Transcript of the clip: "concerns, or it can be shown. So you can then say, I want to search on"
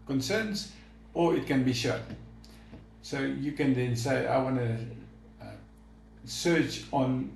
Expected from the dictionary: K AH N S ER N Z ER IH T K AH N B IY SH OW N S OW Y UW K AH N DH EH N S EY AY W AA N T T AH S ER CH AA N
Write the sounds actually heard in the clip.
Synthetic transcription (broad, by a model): K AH N S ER N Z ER IH T K AH N B IY SH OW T S OW Y UW K AH N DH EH N S EY AY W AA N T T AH S ER CH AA N